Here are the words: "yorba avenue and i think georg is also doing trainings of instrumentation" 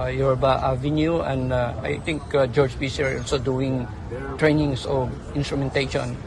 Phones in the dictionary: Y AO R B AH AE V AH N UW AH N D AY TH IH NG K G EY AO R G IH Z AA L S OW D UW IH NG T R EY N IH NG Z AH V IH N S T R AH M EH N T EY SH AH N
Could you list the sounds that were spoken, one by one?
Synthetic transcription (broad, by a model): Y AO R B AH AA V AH N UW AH N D AY T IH NG K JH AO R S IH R AA L S OW D UW IH NG T R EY N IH NG S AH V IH N S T R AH M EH N T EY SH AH N